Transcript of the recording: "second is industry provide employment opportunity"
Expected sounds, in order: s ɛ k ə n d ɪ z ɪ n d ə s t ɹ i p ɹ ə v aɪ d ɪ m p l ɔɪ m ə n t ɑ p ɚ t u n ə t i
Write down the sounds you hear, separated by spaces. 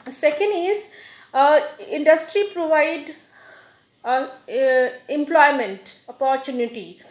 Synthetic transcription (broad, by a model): s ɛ k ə n d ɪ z ɪ n d ə s t ɹ i p ɹ ə v aɪ d ɪ m p l ɔɪ m ə n t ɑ p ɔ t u n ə t i